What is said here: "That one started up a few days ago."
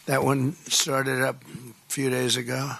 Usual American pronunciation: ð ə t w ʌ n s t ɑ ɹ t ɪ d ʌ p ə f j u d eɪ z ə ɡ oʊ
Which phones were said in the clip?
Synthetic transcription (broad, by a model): ð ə t w ʌ n s t ɑ ɹ t ɪ d ʌ p f j u d eɪ z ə ɡ oʊ